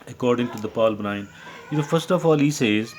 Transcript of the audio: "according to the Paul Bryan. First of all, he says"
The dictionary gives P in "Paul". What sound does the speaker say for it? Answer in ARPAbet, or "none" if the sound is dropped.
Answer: P